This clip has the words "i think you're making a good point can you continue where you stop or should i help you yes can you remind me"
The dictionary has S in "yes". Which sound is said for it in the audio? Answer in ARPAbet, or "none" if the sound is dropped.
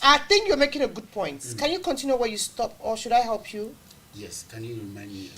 S